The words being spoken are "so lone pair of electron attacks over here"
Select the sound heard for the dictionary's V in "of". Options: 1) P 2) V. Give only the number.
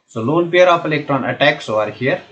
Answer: 1